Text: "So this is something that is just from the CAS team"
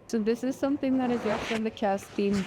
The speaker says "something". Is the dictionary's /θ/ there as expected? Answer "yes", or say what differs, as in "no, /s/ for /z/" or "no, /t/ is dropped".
yes